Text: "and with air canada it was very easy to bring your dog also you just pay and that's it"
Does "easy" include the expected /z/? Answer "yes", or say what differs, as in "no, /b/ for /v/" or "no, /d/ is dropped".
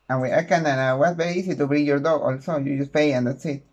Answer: no, /s/ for /z/